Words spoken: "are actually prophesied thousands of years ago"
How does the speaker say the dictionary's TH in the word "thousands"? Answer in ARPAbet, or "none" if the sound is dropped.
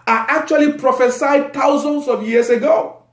T